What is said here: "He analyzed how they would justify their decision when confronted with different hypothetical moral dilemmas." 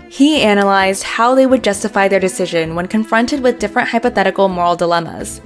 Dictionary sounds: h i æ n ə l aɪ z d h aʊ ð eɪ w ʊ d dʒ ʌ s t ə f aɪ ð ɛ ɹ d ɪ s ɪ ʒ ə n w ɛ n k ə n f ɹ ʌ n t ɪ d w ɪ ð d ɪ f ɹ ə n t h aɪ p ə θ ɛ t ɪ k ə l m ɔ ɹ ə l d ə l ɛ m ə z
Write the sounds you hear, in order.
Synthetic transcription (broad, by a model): h i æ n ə l aɪ z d h aʊ ð eɪ w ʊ d dʒ ʌ s t ə f aɪ ð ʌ ɹ d ɪ s ɪ ʒ ə n w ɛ n k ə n f ɹ ʌ n t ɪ d w ɪ ð d ɪ f ɹ ə n t h aɪ p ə θ ɛ t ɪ k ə l m ɔ ɹ l d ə l ɛ m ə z